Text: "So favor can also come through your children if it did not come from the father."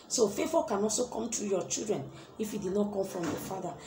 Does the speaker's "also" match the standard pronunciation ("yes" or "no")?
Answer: yes